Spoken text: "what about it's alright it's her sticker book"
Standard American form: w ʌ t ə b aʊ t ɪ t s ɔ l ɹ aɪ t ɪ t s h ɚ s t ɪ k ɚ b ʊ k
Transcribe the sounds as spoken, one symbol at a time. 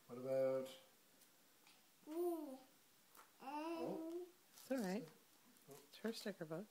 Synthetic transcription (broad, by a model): w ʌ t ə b aʊ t ɪ t s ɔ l ɹ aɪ ɪ t s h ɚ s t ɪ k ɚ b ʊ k